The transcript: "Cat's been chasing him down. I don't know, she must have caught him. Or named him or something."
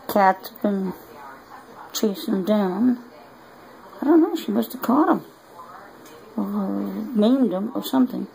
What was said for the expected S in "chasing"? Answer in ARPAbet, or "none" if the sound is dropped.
none